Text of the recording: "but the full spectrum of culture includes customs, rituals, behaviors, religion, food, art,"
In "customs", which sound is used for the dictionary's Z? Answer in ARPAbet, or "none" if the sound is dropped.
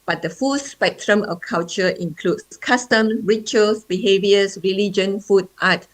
none